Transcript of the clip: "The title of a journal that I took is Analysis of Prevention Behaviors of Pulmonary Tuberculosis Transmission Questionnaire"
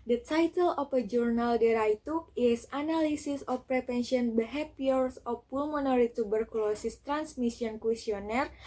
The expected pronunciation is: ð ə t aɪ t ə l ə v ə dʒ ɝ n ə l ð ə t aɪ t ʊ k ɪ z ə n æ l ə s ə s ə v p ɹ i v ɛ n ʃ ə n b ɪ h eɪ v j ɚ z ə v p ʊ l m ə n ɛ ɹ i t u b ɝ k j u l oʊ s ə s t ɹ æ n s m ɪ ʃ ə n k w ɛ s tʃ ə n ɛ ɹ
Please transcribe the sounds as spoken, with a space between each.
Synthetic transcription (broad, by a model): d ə t aɪ t ə l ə f ə dʒ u n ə l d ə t aɪ t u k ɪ s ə n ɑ l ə s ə s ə f p ɹ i p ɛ n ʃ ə n b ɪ h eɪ p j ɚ s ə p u l m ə n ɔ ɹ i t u b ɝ k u l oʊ s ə s t ɹ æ n s m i s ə n k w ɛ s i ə n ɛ ɹ